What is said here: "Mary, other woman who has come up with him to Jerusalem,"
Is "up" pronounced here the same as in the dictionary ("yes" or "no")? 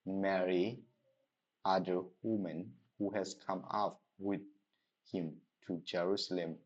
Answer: no